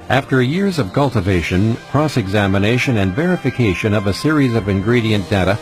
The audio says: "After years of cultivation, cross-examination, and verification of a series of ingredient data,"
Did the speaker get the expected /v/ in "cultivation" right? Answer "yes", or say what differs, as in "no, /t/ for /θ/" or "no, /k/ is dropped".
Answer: yes